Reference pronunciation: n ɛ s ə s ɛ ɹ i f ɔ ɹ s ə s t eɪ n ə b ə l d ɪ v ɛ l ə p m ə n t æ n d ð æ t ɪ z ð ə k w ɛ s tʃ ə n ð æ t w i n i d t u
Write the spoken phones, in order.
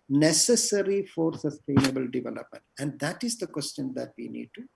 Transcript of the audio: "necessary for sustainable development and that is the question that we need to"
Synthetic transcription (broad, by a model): n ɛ s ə s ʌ ɹ i f ɔ ɹ s ə s t eɪ n ə b ə l d ɪ v ɛ l ə p m ə n t æ n d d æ t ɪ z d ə k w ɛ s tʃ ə n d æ t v i n i d t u